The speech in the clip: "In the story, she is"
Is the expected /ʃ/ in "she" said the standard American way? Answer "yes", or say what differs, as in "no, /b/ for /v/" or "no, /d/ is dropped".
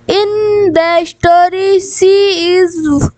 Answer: no, /s/ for /ʃ/